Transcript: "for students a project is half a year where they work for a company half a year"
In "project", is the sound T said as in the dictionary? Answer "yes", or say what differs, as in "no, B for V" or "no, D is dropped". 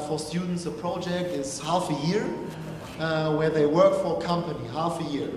yes